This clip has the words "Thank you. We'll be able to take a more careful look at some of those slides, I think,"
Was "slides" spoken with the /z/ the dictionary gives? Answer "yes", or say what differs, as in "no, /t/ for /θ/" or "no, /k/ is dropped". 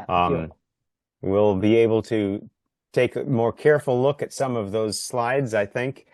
yes